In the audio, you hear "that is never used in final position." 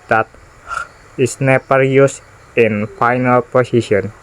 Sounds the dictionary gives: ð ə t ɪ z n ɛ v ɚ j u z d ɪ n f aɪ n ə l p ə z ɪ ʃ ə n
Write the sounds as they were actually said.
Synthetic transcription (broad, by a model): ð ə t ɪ s n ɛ p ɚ j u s ɪ n f aɪ n ə l p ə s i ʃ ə n